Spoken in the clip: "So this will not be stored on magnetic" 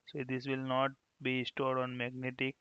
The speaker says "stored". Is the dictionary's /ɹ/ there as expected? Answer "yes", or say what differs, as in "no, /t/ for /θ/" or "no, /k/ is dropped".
yes